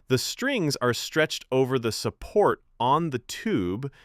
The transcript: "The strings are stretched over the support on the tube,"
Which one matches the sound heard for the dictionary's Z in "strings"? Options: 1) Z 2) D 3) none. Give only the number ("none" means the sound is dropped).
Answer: 1